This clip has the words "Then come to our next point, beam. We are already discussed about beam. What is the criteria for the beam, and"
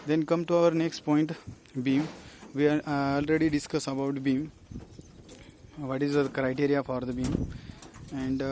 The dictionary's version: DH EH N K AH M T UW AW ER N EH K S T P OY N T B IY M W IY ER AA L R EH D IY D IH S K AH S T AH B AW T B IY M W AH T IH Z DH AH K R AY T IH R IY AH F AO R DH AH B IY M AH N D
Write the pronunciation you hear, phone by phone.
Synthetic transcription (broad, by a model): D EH N K AH M T UW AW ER N EH K S T P OY N T B IY M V IY AA L R EH D IY D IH S K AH S AH B AW T B IY M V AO T IH Z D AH K R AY T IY R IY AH F AO R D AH B IY M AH N D